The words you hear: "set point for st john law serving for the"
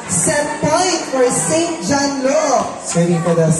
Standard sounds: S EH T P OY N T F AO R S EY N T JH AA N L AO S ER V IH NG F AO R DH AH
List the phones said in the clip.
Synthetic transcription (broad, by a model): S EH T P OY N T F AO R S EY N T JH AA N L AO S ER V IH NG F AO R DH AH